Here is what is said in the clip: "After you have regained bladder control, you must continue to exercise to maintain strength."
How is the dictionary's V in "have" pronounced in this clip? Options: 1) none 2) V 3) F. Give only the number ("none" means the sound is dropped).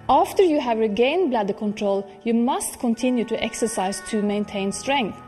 2